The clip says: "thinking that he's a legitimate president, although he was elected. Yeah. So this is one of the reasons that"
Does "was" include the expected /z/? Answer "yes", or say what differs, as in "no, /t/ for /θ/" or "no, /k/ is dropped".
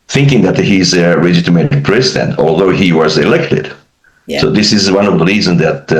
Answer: yes